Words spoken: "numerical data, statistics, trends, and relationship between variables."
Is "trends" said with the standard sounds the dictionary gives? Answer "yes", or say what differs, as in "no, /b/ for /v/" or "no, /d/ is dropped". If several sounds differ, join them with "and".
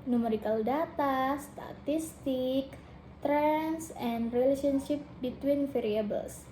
no, /s/ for /z/